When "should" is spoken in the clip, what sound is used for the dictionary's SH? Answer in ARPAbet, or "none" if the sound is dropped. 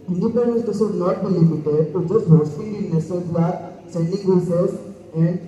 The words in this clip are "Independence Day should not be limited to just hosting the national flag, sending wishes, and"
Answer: S